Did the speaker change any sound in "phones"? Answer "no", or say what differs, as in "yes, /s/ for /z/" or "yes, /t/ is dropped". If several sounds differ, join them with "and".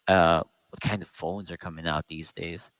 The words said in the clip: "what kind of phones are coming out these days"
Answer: no